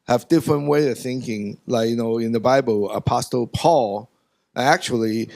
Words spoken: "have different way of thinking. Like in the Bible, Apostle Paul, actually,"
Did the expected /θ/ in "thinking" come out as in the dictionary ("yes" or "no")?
yes